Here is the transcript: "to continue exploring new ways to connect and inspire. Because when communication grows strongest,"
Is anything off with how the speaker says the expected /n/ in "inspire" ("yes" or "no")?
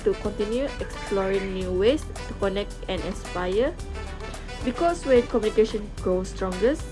yes